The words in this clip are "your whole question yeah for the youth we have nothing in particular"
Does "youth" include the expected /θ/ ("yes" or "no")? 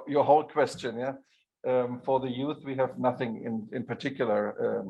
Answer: yes